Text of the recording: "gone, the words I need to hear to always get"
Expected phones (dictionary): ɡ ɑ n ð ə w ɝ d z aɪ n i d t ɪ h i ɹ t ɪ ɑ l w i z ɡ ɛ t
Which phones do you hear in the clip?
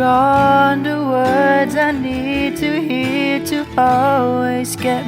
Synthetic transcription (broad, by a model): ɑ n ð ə w ɝ d z aɪ n i d t ɪ h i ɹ t ɪ ɑ l w i z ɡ ɛ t